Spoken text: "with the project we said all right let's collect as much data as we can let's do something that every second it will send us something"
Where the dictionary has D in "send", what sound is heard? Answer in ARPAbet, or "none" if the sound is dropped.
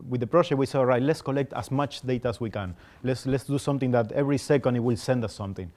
D